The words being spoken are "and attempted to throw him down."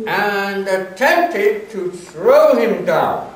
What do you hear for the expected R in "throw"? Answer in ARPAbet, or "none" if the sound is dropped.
R